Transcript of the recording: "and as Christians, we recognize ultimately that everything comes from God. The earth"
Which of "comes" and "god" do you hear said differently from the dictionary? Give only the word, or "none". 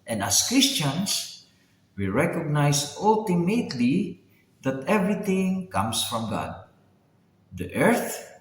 comes